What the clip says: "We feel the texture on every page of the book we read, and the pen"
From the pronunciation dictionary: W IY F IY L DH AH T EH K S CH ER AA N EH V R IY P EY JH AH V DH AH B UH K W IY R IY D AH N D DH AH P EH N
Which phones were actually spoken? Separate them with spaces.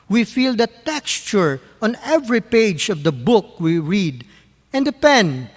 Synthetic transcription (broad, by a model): W IY F IY L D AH T EH K S CH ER AA N EH V R IY P EY JH AH V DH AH B UH K W IY R IY D AH N D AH P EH N